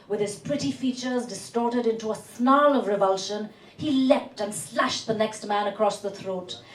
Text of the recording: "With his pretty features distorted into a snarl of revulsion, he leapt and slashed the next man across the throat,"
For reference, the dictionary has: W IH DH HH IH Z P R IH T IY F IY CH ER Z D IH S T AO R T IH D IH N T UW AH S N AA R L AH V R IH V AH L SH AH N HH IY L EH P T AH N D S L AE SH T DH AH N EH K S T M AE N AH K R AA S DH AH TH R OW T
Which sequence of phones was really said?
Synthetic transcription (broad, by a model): W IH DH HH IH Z P R IH T IY F IY CH ER Z D IH S T AO R T IH D IH N T UW AH S N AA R L AH V R IH V AH L SH AH N HH IY L EH P T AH N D S L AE SH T DH AH N EH K S T M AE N AH K R AA S DH AH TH R OW T